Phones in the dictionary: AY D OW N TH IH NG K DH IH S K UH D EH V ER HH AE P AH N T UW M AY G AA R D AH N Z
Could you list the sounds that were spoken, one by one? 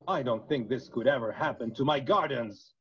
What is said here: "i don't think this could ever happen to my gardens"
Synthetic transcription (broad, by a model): AY D OW N TH IH NG K DH IH S K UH D EH V ER HH AE P AH N T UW M AY G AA R D N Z